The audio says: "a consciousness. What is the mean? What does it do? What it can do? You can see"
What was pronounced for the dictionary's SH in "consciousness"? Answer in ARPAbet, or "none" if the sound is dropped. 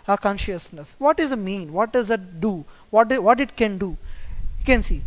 SH